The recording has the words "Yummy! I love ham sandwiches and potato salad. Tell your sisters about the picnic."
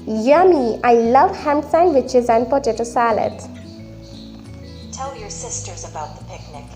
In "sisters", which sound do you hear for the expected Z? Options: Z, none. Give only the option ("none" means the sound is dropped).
Z